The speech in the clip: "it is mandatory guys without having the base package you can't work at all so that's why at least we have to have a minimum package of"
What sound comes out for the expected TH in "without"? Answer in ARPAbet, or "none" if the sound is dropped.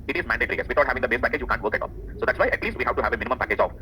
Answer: T